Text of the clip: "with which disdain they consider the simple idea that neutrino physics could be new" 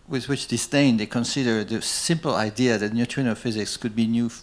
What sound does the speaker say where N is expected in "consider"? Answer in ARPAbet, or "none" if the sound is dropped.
N